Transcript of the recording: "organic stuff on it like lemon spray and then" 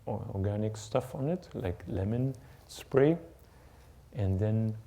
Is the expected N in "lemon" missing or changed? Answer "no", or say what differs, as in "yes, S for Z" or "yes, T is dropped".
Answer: no